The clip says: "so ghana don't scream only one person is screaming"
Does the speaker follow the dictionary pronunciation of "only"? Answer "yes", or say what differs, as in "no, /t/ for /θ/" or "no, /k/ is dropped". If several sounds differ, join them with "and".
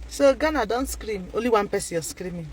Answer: no, /n/ is dropped